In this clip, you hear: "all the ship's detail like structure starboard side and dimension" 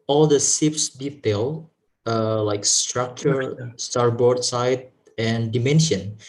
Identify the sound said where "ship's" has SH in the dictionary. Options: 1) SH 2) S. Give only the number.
2